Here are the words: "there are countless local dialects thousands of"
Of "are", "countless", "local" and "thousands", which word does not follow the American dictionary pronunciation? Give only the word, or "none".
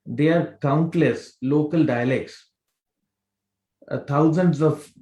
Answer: thousands